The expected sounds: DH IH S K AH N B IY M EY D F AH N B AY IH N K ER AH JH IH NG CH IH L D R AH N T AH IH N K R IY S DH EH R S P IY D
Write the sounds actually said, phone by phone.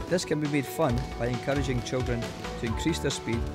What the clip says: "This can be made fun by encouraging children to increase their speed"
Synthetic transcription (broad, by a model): DH IH S K AH N B IY M EY D F AH N B AY IH N K ER AH JH IH NG CH IH L D R AH N T AH IH N K R IY S DH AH R S P IY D